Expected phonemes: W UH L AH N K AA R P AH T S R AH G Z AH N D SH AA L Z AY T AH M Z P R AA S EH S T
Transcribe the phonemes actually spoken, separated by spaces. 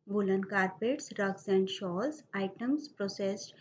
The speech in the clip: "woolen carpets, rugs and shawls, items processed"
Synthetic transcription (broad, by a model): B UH L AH N K AA R P AH T S R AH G S AH N D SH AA L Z AY T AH M S P R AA S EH S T